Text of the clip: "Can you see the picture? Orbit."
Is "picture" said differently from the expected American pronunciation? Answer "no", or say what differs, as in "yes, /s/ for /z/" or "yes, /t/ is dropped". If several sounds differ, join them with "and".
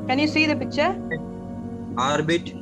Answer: yes, /k/ is dropped